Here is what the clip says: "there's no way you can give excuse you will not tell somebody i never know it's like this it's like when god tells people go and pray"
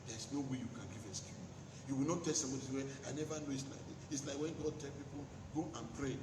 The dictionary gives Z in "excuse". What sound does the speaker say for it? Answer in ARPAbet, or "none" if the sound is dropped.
none